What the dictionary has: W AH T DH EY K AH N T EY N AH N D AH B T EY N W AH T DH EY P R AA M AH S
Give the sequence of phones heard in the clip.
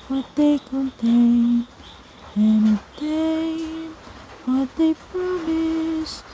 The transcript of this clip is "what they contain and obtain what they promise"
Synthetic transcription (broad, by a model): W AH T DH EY K AH N T EY N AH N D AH T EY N W AH T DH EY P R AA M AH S